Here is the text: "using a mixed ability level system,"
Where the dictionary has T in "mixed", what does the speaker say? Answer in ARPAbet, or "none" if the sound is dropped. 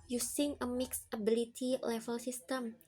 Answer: none